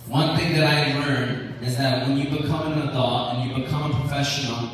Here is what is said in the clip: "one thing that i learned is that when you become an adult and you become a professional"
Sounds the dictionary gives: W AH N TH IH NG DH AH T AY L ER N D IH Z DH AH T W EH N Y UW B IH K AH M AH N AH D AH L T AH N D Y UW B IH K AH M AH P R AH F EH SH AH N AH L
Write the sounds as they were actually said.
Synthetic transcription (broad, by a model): W AH N TH IH NG DH AH T AY L ER N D IH Z DH AH T W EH N Y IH B IH K AH M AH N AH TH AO T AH N Y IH B IH K AH M AH P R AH F EH SH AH N L